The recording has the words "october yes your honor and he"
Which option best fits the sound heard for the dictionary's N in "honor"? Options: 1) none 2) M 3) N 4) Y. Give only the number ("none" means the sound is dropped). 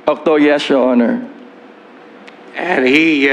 3